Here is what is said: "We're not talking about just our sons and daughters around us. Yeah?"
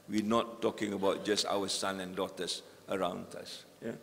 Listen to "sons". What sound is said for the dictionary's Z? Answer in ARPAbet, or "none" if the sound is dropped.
none